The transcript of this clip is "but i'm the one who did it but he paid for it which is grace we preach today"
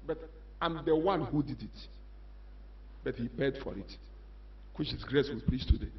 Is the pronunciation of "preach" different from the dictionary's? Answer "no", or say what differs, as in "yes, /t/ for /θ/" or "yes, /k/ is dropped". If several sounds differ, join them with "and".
yes, /l/ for /ɹ/ and /s/ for /tʃ/